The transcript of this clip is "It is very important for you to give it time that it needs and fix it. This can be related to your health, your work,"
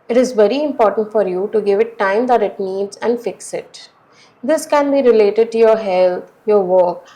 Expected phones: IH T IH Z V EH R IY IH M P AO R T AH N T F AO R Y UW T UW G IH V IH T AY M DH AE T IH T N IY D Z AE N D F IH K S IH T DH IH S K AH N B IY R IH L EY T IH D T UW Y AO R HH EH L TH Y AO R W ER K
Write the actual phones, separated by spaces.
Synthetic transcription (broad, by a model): IH T IH Z V EH R IY IH M P AO R T AH N T F AO R Y UW T UW G IH V IH T AY M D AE T IH T N IY D Z AE N D F IH K S IH T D IH S K AH N B IY R IH L EY T IH D T UW Y AO R HH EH L T Y AO R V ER K